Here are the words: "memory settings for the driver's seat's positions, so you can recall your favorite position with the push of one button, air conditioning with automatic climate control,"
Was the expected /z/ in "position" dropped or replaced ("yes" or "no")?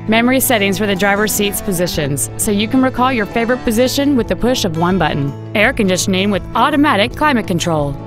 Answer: no